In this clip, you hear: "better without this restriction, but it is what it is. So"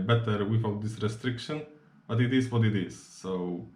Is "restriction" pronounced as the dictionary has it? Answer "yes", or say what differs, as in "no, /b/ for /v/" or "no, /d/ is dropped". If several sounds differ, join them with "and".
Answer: yes